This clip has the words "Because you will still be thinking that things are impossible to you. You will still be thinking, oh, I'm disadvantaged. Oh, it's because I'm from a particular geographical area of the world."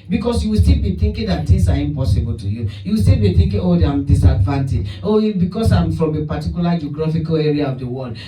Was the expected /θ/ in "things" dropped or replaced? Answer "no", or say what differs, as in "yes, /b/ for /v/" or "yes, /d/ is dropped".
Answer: yes, /t/ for /θ/